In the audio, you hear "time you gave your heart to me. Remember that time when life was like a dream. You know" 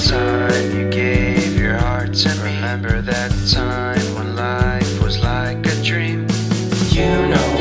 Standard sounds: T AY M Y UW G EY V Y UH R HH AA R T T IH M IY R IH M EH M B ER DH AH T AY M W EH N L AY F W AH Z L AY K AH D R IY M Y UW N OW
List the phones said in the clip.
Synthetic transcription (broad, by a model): T AY M Y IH G EY V Y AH R HH AA R T S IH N R IH M EH M B ER DH AH T AY M W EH N L AY F W AH Z L AY K AH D R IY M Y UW N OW